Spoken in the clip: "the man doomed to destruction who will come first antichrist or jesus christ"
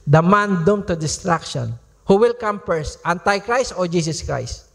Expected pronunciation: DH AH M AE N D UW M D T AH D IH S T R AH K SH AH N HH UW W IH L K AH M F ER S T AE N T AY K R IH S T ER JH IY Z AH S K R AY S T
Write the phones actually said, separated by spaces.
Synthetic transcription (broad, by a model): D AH M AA N D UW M T AH D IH S T R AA K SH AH N HH UW W IH L K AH M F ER S T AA N T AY K R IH S T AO JH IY S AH S K R AY S T